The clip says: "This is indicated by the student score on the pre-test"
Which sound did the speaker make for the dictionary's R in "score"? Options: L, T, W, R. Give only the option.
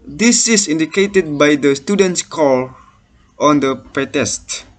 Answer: L